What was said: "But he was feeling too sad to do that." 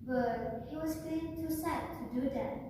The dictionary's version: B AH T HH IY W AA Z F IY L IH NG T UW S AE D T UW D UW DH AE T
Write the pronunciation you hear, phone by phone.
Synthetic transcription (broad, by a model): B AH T HH IY W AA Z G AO IH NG T UW S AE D T UW D UW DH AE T